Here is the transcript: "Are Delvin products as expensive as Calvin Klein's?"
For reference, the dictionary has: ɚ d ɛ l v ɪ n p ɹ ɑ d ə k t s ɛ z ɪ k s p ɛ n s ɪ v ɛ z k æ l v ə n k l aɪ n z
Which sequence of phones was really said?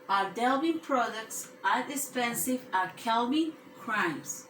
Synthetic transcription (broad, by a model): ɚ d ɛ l b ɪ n p ɹ ɑ d ə k t s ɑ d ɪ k s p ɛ n s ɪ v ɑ k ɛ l b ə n k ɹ aɪ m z